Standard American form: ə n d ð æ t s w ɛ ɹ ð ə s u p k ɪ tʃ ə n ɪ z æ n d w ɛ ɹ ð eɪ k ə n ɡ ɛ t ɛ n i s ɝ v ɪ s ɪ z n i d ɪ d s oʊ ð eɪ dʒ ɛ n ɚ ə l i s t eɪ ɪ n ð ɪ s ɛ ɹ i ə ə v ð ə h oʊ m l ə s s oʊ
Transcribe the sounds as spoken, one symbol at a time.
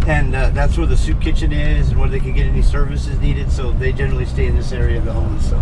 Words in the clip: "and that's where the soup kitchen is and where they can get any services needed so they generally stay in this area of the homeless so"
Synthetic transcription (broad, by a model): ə n ð æ t s w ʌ ɹ ð ə s u p k ɪ tʃ ə n ɪ z n w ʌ ɹ ð eɪ k ə n ɡ ɛ t ɛ n i s ɝ v ɪ s ɪ z n i d ɪ d s oʊ ð eɪ dʒ ɛ n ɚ l i s t eɪ ɪ n ð ɪ s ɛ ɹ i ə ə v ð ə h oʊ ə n s oʊ